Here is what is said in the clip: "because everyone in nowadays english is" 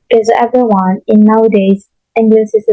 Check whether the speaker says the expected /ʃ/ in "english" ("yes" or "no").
no